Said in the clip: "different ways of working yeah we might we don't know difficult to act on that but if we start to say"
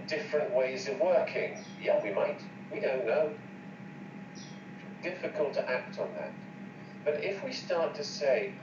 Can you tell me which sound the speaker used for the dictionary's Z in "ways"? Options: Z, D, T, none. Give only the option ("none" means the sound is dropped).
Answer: Z